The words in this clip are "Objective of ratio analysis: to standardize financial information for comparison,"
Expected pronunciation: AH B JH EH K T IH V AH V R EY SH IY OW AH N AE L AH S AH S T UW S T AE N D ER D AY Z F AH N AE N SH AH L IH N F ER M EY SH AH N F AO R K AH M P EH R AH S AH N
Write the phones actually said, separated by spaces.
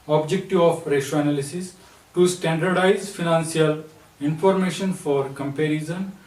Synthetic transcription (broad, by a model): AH B JH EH K T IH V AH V R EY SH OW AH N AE L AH S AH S T UW S T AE N D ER D AY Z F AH N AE N S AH L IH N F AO M EY SH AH N F AO R K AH M P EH R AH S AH N